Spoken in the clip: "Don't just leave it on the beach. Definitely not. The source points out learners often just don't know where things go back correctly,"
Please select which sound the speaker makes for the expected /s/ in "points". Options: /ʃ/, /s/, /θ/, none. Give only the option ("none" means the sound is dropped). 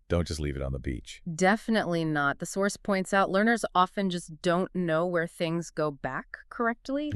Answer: /s/